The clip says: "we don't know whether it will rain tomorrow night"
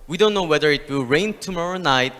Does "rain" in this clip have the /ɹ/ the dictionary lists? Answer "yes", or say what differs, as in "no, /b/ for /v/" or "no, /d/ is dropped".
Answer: yes